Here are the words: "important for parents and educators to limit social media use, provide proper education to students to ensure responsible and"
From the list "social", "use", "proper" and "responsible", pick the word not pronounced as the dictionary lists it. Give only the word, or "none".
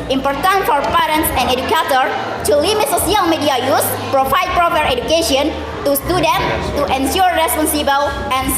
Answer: social